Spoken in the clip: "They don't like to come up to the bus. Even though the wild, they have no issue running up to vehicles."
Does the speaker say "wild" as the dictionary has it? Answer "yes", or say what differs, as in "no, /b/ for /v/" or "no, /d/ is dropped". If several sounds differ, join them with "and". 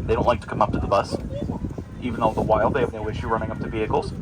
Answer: yes